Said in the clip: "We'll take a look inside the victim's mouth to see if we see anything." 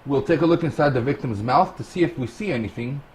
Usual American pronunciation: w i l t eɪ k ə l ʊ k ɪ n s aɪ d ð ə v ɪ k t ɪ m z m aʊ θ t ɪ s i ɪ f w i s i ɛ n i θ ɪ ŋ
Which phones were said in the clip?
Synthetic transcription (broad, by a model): w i l t eɪ k ə l ʊ k ɪ n s aɪ d ð ə v ɪ k t ɪ m z m aʊ θ t ɪ s i ɪ f w i s i ɛ n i θ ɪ ŋ